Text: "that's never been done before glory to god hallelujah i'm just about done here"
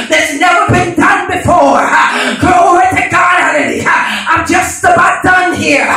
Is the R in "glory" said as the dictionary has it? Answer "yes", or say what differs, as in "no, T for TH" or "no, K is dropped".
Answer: no, R is dropped